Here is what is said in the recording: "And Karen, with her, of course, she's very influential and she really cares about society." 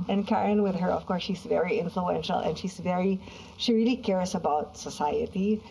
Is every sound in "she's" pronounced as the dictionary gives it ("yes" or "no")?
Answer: yes